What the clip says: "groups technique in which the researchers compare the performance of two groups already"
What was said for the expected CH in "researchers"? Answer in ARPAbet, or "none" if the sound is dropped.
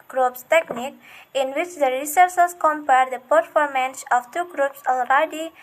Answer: S